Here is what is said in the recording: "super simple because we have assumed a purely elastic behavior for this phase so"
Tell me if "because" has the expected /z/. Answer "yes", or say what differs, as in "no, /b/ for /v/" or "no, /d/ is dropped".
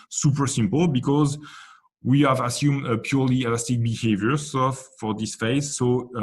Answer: yes